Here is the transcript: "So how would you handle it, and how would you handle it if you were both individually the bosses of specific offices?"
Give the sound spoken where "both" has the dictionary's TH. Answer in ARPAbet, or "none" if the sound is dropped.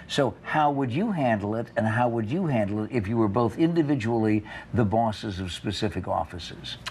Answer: TH